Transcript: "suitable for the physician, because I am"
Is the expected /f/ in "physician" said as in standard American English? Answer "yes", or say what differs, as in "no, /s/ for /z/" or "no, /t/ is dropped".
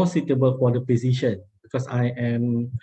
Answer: no, /p/ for /f/